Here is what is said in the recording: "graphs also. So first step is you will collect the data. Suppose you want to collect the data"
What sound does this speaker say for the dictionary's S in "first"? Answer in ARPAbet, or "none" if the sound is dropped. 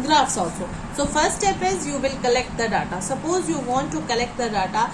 none